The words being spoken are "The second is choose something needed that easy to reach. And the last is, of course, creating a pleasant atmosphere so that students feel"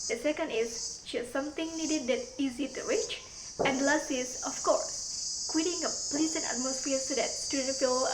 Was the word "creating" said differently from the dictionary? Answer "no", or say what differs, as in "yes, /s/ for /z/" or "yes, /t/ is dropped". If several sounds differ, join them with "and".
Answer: yes, /w/ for /ɹ/